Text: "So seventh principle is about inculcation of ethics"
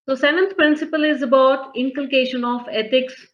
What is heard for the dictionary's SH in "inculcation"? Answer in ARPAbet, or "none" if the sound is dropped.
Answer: SH